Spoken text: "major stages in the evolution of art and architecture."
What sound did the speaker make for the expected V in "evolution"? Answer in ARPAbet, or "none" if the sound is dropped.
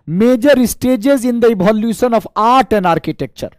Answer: B